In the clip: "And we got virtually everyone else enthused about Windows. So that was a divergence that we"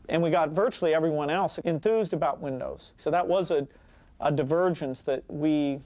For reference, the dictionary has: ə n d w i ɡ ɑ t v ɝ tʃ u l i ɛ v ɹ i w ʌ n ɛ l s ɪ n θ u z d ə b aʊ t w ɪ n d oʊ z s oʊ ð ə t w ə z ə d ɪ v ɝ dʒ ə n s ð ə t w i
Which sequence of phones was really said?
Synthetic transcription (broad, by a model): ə n w i ɡ ɑ t v ɝ tʃ u l i ɛ v ɹ i w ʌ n ɛ l s ɪ n θ u z d ə b aʊ t w ɪ n d oʊ z s oʊ ð ə t w ə z ə d ɪ v ɝ dʒ ə n s ð ə t w i